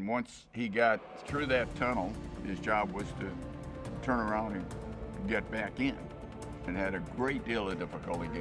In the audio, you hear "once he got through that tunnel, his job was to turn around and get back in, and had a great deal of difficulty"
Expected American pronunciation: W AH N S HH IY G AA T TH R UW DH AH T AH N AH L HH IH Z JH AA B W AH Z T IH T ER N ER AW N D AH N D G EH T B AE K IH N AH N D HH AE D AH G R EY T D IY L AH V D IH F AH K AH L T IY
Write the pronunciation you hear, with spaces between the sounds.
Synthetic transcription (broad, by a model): W AH N S HH IY G AA T TH R UW DH AH T AH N L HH IH Z JH AA B W AH Z T IH T ER N ER AW N D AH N G EH T B AE K IH N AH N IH D AH G R EY T D IY L AH V D IH F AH K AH L T IY